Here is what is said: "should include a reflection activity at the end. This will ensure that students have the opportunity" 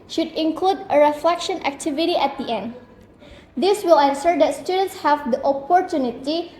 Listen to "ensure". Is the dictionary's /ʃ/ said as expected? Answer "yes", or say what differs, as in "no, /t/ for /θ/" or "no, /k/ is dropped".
no, /s/ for /ʃ/